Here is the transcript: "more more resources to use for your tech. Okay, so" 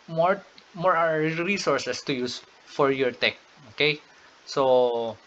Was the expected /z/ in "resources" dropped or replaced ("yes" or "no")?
yes